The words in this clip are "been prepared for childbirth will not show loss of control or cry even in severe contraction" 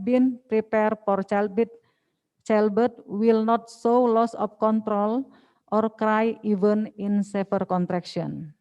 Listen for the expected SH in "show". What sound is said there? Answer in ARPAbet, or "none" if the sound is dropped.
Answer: S